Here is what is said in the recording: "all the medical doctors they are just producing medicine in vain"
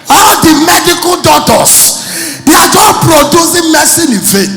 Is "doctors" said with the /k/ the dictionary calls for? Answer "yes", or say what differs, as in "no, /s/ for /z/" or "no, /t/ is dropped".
no, /k/ is dropped